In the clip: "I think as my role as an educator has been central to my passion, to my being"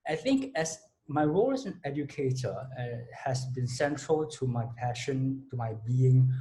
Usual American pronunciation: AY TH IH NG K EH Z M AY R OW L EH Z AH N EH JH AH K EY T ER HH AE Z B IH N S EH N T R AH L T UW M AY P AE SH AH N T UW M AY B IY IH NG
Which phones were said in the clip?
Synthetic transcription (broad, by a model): AY TH IH NG K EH S M AY R OW L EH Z AH N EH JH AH K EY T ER HH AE S B IH N S EH N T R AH L T UW M AY P AE SH AH N T UW M AY B IY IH NG